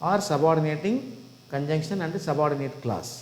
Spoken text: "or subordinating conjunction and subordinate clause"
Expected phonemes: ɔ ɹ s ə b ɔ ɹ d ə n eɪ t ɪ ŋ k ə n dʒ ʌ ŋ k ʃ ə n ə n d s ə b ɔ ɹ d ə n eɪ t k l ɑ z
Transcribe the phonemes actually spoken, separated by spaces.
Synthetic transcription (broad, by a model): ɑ ɹ s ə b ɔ ɹ d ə n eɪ t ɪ ŋ k ə n dʒ ʌ ŋ k ʃ ə n ə n d s ə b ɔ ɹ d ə n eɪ t k l ɑ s